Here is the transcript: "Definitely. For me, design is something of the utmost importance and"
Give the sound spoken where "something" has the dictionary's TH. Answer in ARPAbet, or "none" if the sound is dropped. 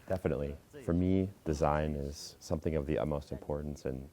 TH